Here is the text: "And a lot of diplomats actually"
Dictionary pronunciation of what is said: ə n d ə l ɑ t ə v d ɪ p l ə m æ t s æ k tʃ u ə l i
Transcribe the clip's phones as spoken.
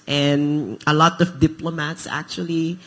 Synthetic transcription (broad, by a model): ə n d ə l ɑ t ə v d ɪ p l ə m æ t s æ k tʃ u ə l i